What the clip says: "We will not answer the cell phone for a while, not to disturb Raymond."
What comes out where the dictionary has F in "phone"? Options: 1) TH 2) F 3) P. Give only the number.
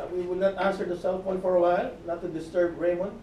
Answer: 3